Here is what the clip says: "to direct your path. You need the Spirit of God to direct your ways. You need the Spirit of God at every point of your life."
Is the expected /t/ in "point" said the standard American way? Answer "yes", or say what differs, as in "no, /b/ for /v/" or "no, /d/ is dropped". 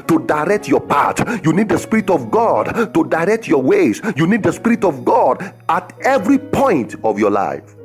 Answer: yes